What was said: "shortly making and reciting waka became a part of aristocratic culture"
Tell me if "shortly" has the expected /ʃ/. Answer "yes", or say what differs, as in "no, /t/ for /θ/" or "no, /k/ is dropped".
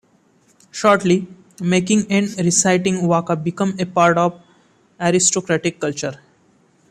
yes